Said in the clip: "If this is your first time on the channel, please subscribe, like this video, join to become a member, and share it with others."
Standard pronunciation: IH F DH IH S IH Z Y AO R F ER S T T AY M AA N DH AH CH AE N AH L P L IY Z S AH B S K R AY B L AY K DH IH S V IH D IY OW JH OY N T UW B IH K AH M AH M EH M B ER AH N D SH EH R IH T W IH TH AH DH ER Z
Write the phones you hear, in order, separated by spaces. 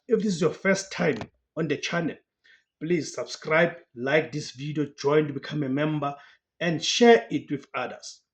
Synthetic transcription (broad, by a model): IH F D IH S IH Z Y AO F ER S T T AY M AA N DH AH CH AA N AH L P L IY Z S AH B S K R AY B L AY K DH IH S V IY D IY OW JH OY N T UW B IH K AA M AH M EH M B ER AH N D SH EH R IH T W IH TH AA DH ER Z